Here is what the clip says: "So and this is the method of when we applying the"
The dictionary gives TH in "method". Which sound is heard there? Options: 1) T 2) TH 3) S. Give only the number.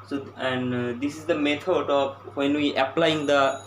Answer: 1